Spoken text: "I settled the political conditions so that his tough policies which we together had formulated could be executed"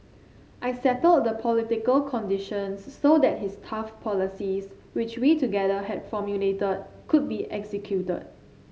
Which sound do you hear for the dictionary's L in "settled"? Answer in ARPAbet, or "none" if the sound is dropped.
L